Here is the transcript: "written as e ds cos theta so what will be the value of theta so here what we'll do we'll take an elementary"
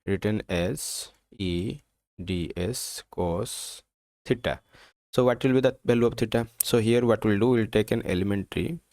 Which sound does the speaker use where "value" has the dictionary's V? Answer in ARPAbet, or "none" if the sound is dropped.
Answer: B